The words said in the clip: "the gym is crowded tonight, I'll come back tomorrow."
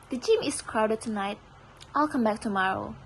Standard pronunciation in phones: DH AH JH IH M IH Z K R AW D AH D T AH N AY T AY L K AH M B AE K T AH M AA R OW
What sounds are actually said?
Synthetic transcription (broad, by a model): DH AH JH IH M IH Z K R AW D AH D T AH N AY T AY L K AH M B AE K T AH M AA R OW